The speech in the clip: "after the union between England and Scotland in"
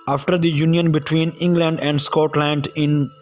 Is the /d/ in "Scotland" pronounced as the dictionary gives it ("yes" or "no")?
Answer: yes